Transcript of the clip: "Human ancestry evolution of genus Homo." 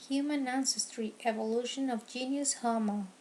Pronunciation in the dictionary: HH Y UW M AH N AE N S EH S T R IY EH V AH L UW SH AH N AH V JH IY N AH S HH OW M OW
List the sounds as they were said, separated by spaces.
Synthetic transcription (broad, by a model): HH Y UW M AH N AE N S EH S T R IY EH V AH L UW SH AH N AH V JH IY N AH S HH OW M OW